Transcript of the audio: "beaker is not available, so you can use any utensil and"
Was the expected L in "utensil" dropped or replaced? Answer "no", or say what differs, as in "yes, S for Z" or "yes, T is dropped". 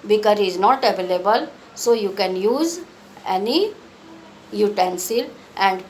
no